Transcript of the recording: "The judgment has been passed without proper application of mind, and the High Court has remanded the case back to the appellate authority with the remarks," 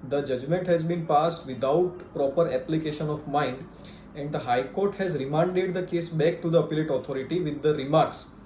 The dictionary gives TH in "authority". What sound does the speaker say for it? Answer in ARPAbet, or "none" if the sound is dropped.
T